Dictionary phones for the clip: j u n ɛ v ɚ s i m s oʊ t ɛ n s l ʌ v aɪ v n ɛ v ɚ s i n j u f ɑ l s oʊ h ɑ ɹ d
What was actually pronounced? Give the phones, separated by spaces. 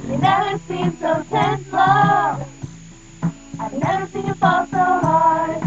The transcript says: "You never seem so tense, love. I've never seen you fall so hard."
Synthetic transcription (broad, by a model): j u n ɛ v ɚ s i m s oʊ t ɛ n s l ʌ aɪ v n ɛ v ɚ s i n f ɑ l s oʊ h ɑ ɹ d